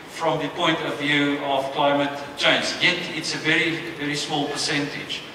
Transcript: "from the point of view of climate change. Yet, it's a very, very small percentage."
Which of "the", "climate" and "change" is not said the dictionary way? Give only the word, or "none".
change